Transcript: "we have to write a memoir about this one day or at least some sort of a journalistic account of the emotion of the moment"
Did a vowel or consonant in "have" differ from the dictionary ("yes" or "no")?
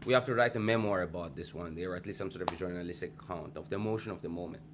yes